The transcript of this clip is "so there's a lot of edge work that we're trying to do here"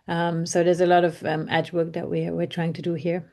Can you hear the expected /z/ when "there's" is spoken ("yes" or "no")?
yes